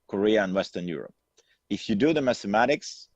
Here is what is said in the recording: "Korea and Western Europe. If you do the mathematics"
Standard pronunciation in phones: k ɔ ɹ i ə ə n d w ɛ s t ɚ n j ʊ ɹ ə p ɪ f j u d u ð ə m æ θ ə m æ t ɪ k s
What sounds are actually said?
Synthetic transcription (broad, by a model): k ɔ ɹ i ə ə n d w ɛ s t ɚ n j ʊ ɹ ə p ɪ f j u d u ð ə m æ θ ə m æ t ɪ k s